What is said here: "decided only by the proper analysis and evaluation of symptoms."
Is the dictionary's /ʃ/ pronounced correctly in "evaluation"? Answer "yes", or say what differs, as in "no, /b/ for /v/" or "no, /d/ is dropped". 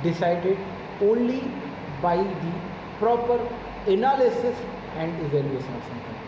no, /s/ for /ʃ/